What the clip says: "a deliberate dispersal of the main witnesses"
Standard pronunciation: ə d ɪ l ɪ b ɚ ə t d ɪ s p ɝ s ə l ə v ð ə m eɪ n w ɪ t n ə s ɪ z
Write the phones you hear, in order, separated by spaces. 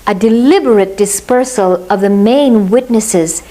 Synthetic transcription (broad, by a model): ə d ɪ l ɪ b ɚ ə t d ɪ s p ɝ s ə l ə v ð ə m eɪ n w ɪ t n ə s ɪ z